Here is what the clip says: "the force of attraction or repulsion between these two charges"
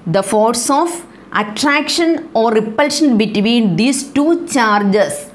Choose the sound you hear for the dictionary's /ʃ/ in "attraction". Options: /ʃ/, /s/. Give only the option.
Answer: /ʃ/